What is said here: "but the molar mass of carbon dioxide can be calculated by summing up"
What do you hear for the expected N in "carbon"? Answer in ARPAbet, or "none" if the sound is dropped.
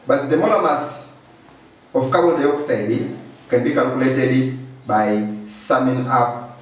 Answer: L